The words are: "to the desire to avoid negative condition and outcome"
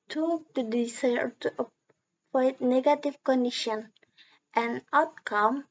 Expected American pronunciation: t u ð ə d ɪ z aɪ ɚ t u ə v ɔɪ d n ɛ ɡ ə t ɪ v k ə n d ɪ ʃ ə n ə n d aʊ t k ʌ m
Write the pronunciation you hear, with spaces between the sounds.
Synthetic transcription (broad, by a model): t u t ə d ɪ s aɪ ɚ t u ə p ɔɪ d n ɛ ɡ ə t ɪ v k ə n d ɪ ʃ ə n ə n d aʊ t k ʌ m